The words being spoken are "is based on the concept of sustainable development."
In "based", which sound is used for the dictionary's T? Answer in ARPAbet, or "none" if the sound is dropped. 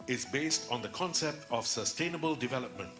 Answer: T